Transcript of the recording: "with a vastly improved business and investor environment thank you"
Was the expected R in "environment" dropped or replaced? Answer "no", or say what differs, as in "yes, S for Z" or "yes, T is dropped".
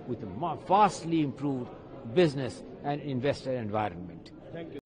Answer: no